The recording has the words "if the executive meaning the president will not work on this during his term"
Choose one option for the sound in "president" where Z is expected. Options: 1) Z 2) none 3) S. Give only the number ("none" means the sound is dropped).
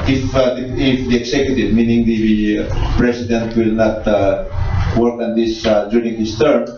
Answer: 3